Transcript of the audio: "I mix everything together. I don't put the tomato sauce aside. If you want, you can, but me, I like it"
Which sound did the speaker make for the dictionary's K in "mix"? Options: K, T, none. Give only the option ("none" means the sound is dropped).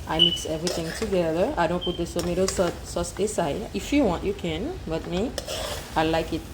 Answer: K